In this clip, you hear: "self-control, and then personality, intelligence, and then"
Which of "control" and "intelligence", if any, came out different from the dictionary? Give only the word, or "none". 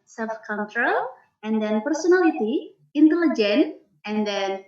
intelligence